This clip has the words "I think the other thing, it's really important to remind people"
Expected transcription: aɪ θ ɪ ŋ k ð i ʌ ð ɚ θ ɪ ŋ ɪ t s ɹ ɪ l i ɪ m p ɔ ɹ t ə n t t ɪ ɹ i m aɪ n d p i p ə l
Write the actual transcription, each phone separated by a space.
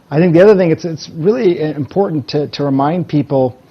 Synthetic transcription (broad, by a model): aɪ θ ɪ ŋ k ð i ʌ ð ɚ θ ɪ ŋ ɪ t s ɹ ɪ l i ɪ m p ɔ ɹ t n t t ɪ ɹ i m aɪ n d p i p l